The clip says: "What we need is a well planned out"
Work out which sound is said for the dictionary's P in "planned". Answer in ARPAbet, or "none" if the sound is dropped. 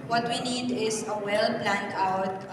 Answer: B